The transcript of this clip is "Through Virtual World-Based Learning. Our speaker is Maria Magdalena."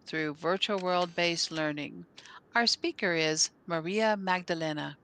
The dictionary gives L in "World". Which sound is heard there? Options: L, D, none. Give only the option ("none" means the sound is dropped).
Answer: L